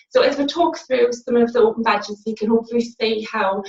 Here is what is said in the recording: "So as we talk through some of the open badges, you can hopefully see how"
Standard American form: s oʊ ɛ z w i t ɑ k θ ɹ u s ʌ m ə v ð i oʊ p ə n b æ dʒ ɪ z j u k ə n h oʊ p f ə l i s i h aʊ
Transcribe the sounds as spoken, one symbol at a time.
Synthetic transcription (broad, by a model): s oʊ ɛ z w i t ɑ k θ ɹ u s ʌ m ə v ð i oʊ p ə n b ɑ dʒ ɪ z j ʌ k ə n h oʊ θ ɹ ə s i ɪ h aʊ